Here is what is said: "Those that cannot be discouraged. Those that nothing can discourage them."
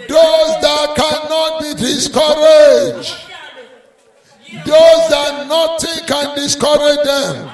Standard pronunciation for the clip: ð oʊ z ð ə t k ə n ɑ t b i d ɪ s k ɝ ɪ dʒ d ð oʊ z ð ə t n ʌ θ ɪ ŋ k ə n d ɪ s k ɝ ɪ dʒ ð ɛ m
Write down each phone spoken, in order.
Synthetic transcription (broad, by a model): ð oʊ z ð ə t k ə n ɑ t b i d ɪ s k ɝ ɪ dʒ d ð oʊ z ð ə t n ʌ t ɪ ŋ k ə n d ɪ s k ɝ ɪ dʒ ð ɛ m